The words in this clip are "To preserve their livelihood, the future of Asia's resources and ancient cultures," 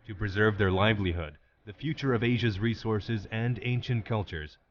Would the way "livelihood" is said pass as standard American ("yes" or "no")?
yes